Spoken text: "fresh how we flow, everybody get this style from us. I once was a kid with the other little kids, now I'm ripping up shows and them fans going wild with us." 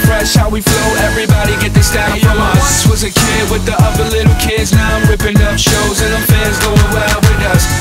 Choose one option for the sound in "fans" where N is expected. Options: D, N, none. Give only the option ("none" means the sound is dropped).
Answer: none